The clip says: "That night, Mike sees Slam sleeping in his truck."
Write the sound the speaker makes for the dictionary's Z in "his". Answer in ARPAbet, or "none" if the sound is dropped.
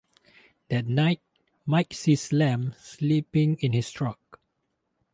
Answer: S